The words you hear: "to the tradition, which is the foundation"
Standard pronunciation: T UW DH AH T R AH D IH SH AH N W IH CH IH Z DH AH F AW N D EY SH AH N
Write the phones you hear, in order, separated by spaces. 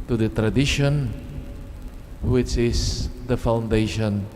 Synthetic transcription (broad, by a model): T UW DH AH T R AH D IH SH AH N W IH CH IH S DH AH F AW N D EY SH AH N